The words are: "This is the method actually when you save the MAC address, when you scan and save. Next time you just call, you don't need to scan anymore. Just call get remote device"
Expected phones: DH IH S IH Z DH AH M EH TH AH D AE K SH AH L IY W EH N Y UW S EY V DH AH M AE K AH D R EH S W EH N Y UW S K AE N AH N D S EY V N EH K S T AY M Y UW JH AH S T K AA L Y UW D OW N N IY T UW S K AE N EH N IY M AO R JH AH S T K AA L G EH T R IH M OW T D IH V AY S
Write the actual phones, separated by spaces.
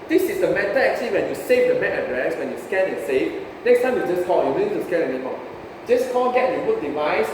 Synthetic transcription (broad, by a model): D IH S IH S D AH M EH T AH EH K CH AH L IY W EH N Y UW S EY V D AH M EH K AH D R EH S W EH N Y UW S K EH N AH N S EY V N EH K S T AY M Y UW JH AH S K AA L Y UW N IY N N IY T UW S K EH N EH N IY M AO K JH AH S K AA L G EH T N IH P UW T D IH V AY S